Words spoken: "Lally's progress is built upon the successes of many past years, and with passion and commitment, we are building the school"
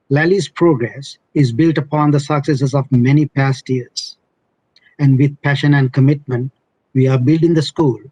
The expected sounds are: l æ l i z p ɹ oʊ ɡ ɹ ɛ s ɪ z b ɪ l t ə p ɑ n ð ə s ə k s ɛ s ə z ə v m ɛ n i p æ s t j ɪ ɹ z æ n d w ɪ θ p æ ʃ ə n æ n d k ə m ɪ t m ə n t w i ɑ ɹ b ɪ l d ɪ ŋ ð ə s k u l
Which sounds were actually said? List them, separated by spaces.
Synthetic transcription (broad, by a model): l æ l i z p ɹ oʊ ɡ ɹ ɛ s ɪ z b ɪ l t ə p ɑ n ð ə s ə k s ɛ s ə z ə v m ɛ n i p æ s t j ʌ ɹ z æ n d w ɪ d p æ ʃ ə n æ n d k ə m ɪ t m ə n t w i ɑ ɹ b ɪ l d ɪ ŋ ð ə s k u l